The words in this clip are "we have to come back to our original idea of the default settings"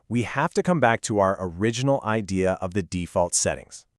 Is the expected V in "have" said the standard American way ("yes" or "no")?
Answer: no